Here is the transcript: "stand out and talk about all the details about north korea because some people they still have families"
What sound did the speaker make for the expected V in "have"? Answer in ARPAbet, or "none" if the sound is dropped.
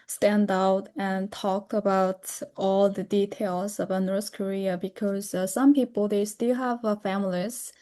V